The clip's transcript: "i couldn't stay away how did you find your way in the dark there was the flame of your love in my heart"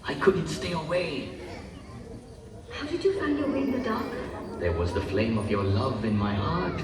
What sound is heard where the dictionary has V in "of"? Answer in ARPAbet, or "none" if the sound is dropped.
V